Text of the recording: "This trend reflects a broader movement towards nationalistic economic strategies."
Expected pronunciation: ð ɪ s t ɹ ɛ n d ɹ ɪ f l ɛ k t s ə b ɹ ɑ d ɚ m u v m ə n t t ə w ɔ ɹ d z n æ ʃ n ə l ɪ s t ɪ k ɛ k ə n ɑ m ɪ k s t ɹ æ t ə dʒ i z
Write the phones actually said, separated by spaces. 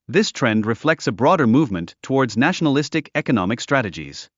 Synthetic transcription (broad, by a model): ð ɪ s t ɹ ɛ n d ɹ ɪ f l ɛ k t s ə b ɹ ɑ d ɚ m u v m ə n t t ə w ɔ ɹ d z n æ ʃ n ə l ɪ s t ɪ k ɛ k ə n ɑ m ɪ k s t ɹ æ t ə dʒ i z